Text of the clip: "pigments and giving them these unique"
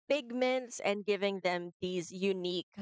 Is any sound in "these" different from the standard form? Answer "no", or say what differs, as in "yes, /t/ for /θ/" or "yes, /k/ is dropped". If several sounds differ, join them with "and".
no